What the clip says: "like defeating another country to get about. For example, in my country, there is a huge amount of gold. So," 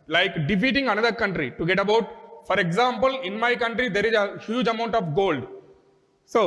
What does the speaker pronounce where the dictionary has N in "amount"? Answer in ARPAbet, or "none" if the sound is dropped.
N